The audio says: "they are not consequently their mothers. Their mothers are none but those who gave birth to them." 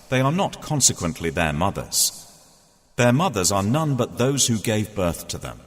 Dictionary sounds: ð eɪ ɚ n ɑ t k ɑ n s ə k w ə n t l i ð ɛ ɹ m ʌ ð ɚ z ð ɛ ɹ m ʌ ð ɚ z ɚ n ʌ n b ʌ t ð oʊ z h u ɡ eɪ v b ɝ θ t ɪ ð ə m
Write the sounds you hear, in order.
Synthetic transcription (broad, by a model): ð eɪ ɚ n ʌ t k ɑ n s ə k w ə n t l i ð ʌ ɹ m ʌ ð ɚ z ð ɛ ɹ m ʌ ð ɚ z ɚ n ʌ n b ʌ t ð oʊ z h u ɡ eɪ v b ɝ θ t ɪ ð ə m